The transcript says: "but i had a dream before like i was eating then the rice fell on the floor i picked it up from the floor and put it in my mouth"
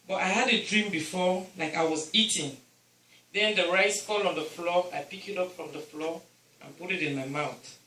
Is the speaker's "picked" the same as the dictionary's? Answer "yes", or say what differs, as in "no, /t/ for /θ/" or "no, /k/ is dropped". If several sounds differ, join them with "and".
no, /t/ is dropped